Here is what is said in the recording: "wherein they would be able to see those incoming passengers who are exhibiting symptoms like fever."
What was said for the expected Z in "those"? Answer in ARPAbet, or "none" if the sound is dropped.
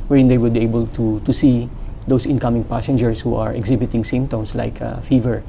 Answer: S